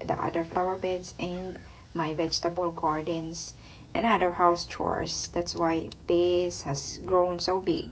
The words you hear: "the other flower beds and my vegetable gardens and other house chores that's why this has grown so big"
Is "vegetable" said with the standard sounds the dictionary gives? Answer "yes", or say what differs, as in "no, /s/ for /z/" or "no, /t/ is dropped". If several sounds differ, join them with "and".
yes